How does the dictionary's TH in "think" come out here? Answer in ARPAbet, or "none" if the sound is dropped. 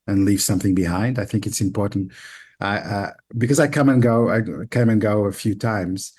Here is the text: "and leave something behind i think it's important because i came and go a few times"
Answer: TH